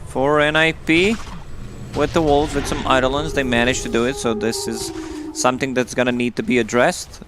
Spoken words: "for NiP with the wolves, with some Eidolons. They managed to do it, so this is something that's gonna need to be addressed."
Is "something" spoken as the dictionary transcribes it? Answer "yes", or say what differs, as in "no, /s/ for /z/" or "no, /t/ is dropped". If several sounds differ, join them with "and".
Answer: yes